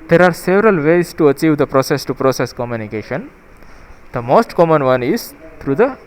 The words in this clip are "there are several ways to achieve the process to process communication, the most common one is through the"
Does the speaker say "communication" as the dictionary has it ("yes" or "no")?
yes